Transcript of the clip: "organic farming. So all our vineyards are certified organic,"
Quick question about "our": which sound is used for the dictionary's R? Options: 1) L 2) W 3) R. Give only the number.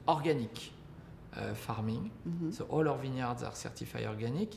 3